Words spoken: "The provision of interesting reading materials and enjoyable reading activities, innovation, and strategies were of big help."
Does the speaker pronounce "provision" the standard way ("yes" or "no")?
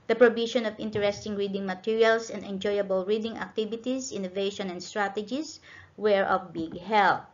no